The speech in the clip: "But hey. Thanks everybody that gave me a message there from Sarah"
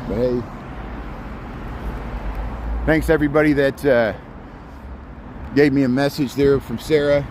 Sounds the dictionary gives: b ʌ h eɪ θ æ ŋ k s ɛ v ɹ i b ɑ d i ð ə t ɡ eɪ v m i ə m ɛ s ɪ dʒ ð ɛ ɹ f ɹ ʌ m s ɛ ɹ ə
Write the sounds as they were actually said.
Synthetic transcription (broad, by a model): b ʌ h eɪ θ æ ŋ k s ɛ v ɹ i b ɑ d i ð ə t ɡ eɪ v m i ə m ɛ s ɪ dʒ ð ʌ ɹ f ɹ ʌ m s ɛ ɹ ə